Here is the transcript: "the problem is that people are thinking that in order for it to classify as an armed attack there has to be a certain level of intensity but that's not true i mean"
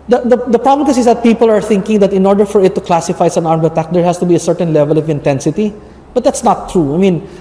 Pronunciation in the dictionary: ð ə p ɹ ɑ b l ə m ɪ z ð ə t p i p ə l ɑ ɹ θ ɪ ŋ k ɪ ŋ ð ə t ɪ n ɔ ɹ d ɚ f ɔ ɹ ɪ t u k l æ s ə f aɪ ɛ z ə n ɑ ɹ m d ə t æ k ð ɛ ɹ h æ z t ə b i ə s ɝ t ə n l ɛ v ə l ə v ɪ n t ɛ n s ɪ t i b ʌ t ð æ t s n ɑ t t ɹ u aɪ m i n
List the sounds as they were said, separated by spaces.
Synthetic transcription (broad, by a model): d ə p ɹ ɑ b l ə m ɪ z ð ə t p i p ə l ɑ ɹ θ ɪ ŋ k ɪ ŋ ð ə t ɪ n ɔ ɹ d ɚ f ɔ ɹ ɪ t u k l æ s ə f aɪ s ə n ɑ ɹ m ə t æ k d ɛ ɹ h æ s t ə b i ə s ɝ t ə n l ɛ v ə l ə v ɪ n t ɛ n s ɪ t i b ʌ t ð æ t s n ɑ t t ɹ u aɪ m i n